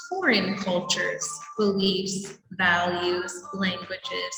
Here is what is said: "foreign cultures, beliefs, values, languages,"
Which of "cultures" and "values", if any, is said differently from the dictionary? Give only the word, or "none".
none